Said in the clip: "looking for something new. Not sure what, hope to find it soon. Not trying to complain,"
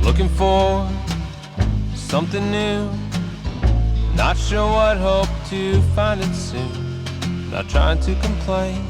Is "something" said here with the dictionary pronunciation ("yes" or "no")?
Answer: yes